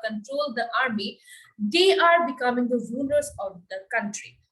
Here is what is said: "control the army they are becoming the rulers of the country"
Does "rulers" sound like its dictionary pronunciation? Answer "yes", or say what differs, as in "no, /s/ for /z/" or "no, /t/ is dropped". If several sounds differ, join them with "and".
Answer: no, /n/ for /l/